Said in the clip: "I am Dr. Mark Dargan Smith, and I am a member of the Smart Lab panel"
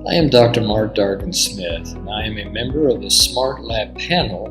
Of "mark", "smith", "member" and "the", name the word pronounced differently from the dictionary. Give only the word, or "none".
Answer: none